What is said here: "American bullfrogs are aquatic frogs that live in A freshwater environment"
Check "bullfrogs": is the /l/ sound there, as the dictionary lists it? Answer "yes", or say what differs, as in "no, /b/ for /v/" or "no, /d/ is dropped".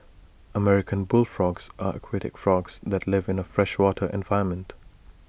yes